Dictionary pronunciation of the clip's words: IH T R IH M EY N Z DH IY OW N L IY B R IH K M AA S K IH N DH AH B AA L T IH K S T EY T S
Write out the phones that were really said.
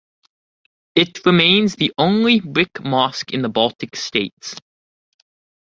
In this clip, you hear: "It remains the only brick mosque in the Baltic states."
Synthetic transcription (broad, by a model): IH T R IH M EY N Z DH IY OW N L IY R IH K M AA S K IH N DH AH B AA L T IH K S T EY T S